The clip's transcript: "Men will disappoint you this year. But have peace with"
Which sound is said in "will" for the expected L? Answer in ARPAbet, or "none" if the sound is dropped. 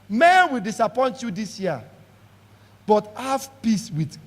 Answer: L